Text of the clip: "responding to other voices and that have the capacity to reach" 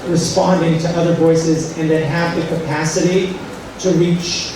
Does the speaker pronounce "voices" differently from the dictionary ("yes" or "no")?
no